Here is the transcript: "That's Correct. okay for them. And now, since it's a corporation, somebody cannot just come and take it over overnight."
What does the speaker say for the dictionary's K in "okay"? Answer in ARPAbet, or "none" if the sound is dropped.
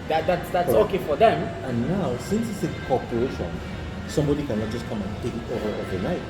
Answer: K